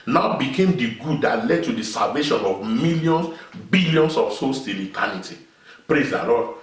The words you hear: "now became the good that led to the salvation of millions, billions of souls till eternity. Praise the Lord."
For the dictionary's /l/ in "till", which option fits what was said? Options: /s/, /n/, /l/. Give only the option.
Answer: /n/